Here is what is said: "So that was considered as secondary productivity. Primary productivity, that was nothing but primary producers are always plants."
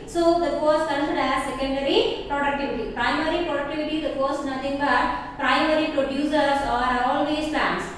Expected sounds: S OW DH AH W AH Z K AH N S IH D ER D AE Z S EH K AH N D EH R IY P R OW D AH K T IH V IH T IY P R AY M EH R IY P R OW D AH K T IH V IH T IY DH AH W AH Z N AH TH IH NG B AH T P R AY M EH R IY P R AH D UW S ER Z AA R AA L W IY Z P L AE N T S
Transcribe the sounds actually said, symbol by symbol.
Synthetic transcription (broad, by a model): S OW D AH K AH S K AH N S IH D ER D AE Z S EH K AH N D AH R IY P R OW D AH K T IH V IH T IY P R AY M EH R IY P R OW D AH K T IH V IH T IY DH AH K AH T N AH T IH NG B AH T P R AY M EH R IY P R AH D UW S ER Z AA R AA L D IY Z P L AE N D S